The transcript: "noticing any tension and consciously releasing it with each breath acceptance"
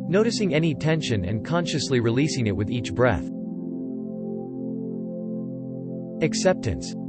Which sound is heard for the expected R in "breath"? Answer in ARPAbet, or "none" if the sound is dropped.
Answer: R